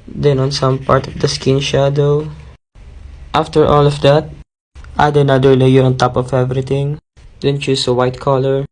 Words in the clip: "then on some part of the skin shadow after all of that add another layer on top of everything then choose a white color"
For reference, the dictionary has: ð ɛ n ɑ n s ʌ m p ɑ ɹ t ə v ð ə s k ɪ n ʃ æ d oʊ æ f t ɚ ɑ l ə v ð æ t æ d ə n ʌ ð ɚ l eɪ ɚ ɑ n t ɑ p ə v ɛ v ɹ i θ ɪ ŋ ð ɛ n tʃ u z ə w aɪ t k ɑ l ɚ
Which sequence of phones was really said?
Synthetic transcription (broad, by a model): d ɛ n ɑ n s ʌ m p ɑ ɹ t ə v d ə s k ɪ n ʃ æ d oʊ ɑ f t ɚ ɑ l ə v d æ t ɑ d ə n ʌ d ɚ l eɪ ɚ ɑ n t ɑ p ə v ɛ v ɹ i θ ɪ ŋ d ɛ n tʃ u s ə w aɪ t k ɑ l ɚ